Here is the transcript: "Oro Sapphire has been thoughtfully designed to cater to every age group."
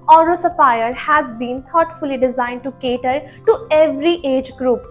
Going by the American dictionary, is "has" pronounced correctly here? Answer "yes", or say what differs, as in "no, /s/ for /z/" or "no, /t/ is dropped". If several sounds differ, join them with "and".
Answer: yes